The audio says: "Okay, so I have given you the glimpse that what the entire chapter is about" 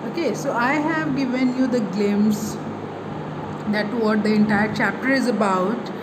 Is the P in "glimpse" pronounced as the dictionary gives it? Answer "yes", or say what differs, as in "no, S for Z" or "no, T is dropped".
no, P is dropped